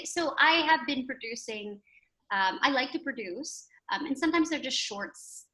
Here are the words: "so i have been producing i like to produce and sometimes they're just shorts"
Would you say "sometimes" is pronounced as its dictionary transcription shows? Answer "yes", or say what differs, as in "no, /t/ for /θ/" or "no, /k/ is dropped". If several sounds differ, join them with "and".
yes